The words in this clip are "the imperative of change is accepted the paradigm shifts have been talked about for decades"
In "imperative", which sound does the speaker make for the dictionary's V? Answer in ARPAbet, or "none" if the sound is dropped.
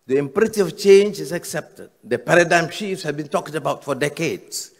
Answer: none